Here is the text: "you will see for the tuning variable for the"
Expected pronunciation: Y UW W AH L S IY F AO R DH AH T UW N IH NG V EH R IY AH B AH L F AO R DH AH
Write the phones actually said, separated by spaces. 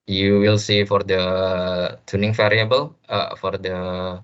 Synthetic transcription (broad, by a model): Y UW W AH L S IY F AO R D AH T UW N IH NG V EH R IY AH B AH L F AO R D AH